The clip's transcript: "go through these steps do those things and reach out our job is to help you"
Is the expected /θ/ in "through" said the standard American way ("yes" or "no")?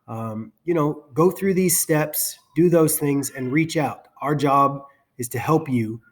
yes